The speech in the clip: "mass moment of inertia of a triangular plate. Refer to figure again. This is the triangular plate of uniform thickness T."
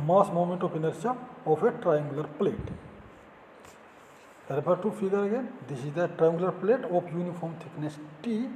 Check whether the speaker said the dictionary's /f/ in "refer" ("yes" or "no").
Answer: no